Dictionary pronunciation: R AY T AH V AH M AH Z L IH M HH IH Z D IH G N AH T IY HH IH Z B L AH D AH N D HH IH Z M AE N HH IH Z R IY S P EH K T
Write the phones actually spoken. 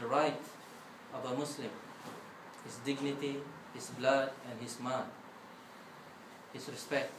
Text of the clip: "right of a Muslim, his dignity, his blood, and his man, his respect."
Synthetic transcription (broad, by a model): R AY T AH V AH M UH S L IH M HH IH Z D IH G N AH T IY HH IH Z B L AH D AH N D HH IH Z M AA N HH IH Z R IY S P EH K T